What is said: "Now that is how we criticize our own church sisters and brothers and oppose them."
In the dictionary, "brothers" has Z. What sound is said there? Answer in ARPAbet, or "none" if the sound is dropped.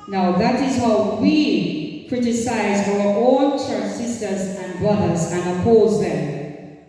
Z